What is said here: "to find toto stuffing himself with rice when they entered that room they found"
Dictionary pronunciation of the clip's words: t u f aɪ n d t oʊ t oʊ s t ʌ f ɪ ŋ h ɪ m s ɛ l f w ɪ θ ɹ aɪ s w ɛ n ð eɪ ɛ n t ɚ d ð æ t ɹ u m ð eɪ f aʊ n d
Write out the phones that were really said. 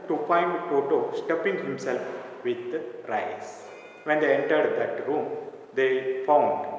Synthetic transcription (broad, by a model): t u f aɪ n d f oʊ t oʊ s t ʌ p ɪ ŋ h ɪ m s ɛ l f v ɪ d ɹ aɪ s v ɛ n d eɪ ɛ n t ɚ d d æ t ɹ u m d eɪ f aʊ n d